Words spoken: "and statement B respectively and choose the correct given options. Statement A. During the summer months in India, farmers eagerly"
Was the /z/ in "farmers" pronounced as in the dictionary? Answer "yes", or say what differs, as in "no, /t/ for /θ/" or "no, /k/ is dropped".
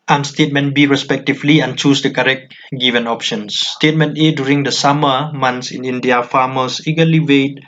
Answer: no, /s/ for /z/